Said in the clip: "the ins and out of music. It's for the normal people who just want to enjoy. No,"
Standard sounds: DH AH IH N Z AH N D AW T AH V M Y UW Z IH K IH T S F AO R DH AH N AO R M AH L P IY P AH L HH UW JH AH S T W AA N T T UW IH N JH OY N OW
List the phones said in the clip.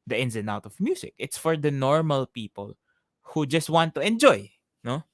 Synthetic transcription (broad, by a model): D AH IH N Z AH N AW T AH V M Y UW S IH K IH T S F AO R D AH N AO R M AH L P IY P AH L HH UW JH AH S T W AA N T T UW IH N JH OY N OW